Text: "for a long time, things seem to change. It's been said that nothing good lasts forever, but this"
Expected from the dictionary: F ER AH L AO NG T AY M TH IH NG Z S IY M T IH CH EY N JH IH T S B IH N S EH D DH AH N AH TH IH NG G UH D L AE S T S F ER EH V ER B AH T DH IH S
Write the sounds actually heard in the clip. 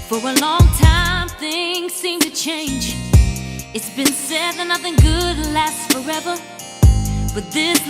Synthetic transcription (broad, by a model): F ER AH L AO NG T AY M TH IH NG Z S IY M T IH CH EY N JH IH T S B IH N S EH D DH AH N AH TH IH NG G UH D L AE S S F ER EH V ER B AH T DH IH S